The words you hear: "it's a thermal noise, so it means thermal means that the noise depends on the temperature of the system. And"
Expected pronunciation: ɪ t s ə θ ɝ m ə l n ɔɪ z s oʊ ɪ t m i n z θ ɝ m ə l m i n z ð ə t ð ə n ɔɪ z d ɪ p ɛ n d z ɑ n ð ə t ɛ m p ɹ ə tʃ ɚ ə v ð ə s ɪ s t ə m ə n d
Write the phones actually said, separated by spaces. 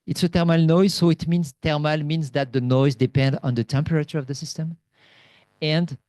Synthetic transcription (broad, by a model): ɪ t s ə t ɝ m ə l n ɔɪ z s oʊ ɪ t m i n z t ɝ m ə l m i n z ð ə t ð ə n ɔɪ z d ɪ p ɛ n d ɑ n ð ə t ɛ m p ɹ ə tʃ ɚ ə v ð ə s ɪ s t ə m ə n d